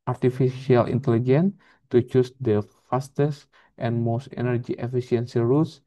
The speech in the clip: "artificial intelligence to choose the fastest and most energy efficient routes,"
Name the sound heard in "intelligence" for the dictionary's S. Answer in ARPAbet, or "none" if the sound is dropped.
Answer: none